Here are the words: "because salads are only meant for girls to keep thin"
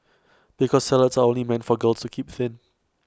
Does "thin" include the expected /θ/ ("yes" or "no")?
yes